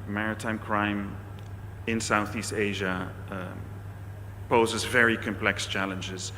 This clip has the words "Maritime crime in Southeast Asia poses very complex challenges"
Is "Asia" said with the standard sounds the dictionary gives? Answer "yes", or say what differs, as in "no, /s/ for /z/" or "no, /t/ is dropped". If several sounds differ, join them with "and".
yes